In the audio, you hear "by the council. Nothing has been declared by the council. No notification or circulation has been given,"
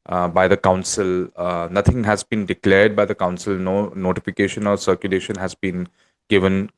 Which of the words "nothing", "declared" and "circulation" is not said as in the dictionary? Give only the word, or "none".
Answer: nothing